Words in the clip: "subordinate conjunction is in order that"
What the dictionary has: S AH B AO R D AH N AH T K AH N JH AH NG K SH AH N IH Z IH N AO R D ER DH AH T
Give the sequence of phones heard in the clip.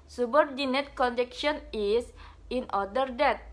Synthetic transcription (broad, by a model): S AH B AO R D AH N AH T K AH N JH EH K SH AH N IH S IH N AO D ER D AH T